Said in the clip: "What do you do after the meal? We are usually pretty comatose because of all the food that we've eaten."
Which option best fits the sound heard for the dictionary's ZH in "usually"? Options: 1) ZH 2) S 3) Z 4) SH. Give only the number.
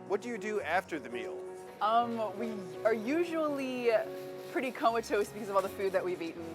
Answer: 1